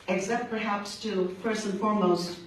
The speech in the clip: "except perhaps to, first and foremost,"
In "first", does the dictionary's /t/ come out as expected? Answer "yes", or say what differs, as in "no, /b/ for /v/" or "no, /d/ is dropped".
no, /t/ is dropped